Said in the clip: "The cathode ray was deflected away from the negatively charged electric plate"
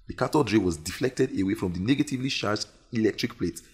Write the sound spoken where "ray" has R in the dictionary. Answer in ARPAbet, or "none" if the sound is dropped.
R